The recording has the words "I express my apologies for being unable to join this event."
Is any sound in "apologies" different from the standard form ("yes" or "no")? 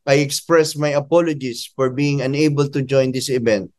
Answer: yes